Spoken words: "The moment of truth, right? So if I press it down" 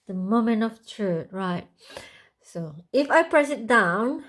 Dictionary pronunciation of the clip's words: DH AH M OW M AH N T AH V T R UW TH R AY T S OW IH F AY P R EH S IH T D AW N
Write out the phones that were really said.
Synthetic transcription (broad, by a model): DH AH M OW M AH N T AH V T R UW T R AY T S OW IH F AY P R EH S IH T D AW N